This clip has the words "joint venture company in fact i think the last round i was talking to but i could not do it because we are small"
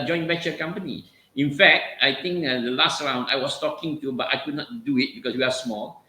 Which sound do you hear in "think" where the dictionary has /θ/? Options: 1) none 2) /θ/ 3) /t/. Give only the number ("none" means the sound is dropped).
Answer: 3